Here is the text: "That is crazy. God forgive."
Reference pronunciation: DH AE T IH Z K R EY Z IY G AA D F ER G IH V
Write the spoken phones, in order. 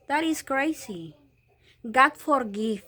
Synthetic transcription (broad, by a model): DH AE T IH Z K R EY S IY G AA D F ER G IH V